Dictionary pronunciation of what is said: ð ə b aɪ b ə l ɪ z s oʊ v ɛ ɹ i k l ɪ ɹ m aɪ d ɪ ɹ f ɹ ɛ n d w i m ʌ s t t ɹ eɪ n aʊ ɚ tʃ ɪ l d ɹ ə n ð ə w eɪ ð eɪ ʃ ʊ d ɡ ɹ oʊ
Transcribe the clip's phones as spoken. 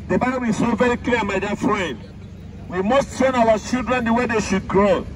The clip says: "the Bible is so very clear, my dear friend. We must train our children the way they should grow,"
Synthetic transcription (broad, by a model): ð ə b aɪ b ə l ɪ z s oʊ v ɛ ɹ i k l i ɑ m aɪ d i f ɹ ɛ n d w i m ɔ s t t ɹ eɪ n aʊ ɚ tʃ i l d ɹ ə n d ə w eɪ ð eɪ ʃ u d ɡ ɹ oʊ